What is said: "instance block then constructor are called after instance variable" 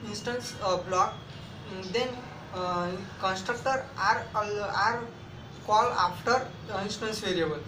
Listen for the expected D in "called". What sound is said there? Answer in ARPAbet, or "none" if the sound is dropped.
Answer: none